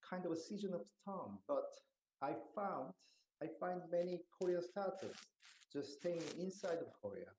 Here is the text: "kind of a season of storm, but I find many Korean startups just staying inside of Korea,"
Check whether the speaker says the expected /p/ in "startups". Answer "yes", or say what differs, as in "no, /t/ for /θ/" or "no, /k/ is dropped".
no, /p/ is dropped